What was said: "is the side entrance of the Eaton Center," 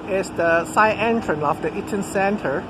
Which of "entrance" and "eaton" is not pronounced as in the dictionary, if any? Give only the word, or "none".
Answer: entrance